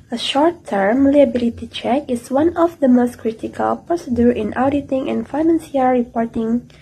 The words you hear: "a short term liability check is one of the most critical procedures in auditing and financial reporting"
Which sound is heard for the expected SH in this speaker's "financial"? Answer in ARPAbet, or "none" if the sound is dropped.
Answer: S